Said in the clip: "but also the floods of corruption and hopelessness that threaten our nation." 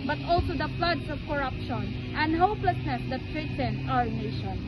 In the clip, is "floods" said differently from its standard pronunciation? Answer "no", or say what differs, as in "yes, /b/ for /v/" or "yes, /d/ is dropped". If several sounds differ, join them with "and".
yes, /s/ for /z/